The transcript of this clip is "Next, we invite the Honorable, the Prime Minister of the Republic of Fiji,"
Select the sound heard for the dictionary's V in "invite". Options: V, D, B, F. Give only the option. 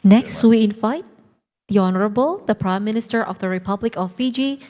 F